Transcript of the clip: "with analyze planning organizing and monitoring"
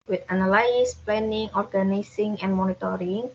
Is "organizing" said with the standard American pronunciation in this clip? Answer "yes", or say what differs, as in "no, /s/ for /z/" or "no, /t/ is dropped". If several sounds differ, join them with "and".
no, /s/ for /z/